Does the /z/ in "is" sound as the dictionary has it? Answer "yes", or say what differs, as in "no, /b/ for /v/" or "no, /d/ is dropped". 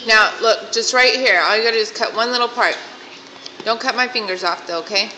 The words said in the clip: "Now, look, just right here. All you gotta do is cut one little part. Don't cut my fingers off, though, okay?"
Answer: no, /s/ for /z/